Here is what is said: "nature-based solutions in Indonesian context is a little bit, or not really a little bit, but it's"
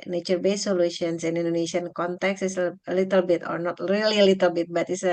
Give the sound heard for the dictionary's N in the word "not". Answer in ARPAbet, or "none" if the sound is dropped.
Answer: N